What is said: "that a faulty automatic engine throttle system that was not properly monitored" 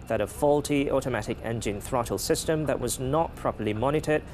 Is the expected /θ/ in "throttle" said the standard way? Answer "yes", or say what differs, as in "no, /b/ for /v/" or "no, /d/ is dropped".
yes